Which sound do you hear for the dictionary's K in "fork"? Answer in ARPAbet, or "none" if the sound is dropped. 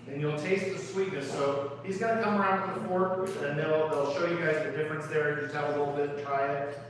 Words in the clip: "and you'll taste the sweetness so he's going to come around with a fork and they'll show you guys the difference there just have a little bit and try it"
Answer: none